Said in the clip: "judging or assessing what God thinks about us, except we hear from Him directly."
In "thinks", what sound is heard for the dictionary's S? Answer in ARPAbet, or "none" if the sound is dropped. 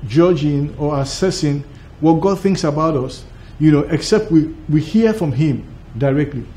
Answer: S